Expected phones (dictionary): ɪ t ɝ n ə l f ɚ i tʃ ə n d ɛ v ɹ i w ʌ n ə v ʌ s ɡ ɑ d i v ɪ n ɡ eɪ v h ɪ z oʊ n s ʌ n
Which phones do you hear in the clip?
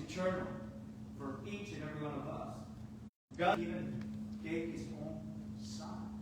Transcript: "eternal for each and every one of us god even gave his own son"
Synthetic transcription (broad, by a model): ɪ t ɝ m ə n f ɚ i tʃ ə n ɛ v ɹ i w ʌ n ə v ʌ s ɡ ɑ i v ɪ n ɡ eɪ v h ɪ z oʊ n s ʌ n